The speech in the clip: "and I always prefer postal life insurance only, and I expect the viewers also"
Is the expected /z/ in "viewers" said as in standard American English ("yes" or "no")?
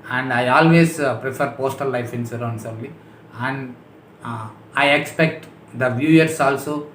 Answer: no